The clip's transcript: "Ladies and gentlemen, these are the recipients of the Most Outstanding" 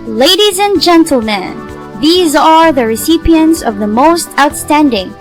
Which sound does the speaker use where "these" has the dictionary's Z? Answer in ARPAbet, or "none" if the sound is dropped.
Z